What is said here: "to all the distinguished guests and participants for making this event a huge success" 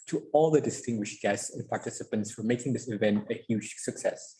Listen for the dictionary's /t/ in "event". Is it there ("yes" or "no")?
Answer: yes